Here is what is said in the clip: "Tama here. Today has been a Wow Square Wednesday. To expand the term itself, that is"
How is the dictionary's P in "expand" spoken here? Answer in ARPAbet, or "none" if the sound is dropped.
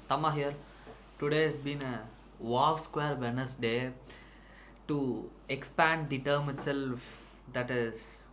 P